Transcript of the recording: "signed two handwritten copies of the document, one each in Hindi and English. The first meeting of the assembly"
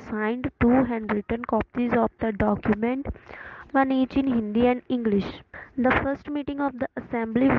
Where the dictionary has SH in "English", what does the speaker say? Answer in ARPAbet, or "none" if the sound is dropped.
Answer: SH